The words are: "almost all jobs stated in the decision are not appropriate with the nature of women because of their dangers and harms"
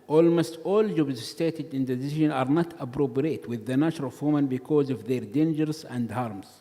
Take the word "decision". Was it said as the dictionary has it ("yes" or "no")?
yes